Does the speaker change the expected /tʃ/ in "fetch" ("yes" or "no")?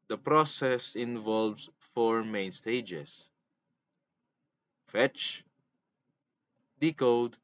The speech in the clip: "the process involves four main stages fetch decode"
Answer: no